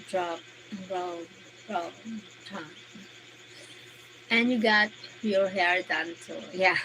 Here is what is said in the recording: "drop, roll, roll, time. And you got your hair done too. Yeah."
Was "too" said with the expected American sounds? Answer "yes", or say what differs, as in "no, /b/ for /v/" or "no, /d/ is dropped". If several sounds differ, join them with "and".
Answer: no, /s/ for /t/